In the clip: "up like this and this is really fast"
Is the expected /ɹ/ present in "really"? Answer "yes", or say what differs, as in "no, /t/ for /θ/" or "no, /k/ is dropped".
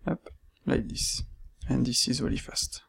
no, /w/ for /ɹ/